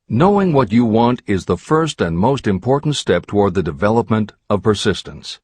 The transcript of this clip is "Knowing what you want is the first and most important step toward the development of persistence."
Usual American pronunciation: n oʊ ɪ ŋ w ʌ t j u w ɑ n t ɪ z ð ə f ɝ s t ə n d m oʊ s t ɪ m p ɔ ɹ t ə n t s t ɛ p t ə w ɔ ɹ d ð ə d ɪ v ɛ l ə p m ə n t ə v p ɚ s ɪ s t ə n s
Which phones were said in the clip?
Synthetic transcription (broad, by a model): n oʊ ɪ ŋ w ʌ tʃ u w ɑ n t ɪ z ð ə f ɝ s t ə n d m oʊ s t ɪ m p ɔ ɹ t n t s t ɛ p t ə w ɔ ɹ d ð ə d ɪ v ɛ l ə p m ə n t ə v p ɚ s ɪ s t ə n s